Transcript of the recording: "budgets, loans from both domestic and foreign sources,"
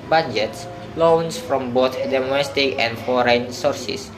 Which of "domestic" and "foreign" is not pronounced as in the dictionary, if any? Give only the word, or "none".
none